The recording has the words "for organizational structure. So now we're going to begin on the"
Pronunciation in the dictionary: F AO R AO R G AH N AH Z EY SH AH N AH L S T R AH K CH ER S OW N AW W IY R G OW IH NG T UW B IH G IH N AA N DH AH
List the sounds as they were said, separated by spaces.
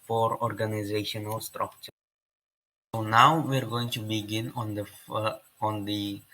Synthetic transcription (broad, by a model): F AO R AO R G AH N AH Z EY SH AH N AH L S T R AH K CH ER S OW N AW W IY R G OW IH NG T UW B IH G IH N AA N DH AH